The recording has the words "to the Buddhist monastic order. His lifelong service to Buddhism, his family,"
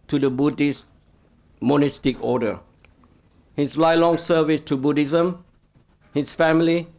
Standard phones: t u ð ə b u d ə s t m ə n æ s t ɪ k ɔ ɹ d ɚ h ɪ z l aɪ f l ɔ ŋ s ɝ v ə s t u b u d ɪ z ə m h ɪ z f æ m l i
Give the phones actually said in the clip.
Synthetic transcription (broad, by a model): t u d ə b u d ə s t m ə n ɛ s t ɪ k ɔ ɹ d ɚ h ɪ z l aɪ l ɔ ŋ s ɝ v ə s t u b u d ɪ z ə m h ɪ s f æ m l i